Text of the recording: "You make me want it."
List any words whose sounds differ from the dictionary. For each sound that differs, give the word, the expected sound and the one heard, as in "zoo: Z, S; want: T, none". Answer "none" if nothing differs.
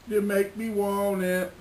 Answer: want: T, none